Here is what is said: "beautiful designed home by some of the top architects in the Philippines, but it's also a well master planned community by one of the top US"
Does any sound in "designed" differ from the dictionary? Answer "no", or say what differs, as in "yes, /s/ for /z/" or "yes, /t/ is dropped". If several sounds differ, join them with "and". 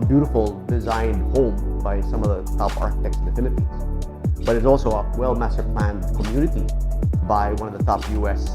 no